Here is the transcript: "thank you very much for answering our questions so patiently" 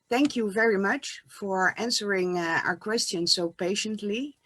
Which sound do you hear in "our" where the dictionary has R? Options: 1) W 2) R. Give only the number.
2